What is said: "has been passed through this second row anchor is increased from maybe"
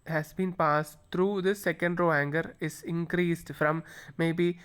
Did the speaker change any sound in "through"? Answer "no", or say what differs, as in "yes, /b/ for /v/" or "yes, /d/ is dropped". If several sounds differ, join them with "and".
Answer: yes, /t/ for /θ/